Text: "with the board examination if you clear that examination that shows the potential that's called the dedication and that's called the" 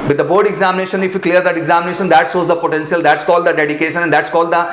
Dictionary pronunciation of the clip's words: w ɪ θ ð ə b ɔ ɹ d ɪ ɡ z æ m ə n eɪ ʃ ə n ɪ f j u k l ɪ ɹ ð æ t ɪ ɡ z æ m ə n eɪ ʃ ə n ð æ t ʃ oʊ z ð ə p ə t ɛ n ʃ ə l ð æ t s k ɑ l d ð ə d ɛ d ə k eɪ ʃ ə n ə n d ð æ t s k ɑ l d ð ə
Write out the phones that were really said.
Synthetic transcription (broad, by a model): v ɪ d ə b ɔ ɹ d ɪ ɡ z æ m ə n eɪ ʃ ə n ɪ f j u k l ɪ ɹ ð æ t ɪ ɡ z æ m ə n eɪ ʃ ə n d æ t s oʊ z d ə p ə t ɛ n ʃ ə l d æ t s k ɑ l d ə d ɛ d ə k eɪ ʃ ə n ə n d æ t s k ɑ l d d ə